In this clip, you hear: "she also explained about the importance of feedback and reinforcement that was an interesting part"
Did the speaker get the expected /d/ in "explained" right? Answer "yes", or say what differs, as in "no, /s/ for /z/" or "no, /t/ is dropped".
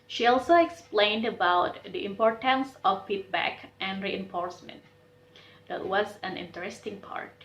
yes